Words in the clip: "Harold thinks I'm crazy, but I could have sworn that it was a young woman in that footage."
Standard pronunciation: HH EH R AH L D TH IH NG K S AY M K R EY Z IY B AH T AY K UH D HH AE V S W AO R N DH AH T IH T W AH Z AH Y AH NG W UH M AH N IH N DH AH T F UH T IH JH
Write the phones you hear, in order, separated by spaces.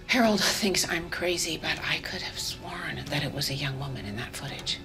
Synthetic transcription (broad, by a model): HH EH R L D TH IH NG K S AY M K R EY Z IY B AH T AY K UH D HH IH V S W AO R N DH AH T IH T W AH Z AH Y AH NG W UH M AH N IH N DH AH T F UH T IH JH